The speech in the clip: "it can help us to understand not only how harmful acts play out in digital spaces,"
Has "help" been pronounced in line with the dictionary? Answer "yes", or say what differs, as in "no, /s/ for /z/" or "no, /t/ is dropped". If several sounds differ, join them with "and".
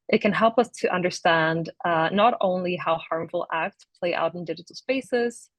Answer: yes